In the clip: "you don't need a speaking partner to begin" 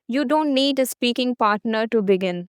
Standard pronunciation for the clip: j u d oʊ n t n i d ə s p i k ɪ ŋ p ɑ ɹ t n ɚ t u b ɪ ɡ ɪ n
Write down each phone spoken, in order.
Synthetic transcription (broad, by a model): j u d oʊ n t n i d ə s p i k ɪ ŋ p ɑ ɹ t n ɚ t u b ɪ ɡ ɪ n